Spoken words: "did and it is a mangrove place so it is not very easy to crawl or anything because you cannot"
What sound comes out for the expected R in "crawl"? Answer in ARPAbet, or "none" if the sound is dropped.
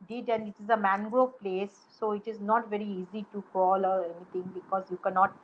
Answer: none